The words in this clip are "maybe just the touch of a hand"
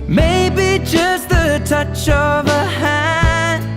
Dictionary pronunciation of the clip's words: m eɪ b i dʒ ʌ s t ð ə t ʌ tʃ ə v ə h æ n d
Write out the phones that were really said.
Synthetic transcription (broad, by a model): m eɪ b i dʒ ʌ s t ð ə t ʌ tʃ ə v ə h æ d